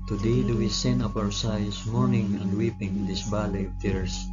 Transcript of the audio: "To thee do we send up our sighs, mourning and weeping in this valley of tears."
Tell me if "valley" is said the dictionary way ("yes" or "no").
no